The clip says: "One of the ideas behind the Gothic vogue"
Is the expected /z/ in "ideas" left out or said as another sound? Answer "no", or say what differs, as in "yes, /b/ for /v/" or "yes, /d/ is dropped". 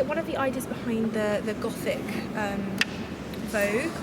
no